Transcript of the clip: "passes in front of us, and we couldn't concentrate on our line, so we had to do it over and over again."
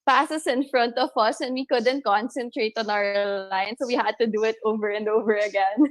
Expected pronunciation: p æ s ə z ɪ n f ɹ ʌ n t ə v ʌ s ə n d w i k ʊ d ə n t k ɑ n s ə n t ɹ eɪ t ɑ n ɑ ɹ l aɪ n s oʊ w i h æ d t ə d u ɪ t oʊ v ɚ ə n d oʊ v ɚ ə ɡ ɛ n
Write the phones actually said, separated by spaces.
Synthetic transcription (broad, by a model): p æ s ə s ɪ n f ɹ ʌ n t ə v ʌ s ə n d w i k ʊ d ə n t k ɑ n s ə n t ɹ eɪ t ɑ n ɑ l l aɪ n s oʊ w i h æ d t ə d u ɪ t oʊ v ɚ ə n d oʊ v ɚ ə ɡ ɛ n